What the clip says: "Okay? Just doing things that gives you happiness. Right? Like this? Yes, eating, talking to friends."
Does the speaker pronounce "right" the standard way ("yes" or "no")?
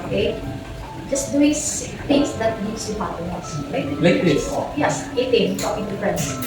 no